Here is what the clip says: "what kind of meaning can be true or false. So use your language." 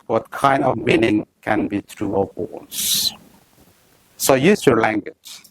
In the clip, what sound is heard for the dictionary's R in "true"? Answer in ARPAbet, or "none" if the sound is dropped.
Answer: R